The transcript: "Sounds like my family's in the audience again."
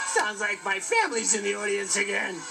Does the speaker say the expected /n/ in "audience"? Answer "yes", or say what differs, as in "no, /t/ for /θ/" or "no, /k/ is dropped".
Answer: yes